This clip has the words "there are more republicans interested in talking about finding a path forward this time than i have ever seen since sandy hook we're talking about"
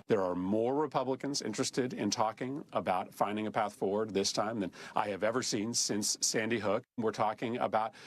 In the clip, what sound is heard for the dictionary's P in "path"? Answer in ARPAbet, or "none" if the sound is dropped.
P